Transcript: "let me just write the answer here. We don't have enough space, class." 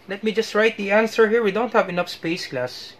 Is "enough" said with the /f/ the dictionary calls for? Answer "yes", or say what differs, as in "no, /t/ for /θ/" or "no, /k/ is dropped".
yes